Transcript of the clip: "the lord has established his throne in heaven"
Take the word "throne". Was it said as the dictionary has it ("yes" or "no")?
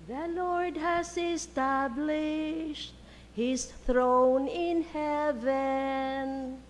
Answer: yes